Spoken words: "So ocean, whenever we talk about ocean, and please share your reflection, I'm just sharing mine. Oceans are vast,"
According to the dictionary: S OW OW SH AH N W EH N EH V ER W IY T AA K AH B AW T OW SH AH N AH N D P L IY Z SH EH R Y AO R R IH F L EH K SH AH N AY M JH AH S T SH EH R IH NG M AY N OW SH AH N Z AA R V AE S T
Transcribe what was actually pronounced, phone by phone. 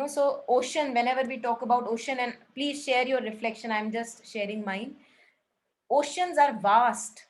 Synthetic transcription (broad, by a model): S OW OW SH AH N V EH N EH V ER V IY T AA K AH B AW T OW SH AH N AH N D P L IY Z SH EH R Y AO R R IH F L EH K SH AH N AY M JH AH S T SH EH R IH NG M AY N OW SH AH N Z AA R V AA S T